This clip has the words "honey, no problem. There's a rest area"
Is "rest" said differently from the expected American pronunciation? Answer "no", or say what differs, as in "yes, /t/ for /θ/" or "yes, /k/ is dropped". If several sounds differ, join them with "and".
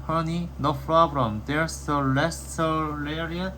yes, /l/ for /ɹ/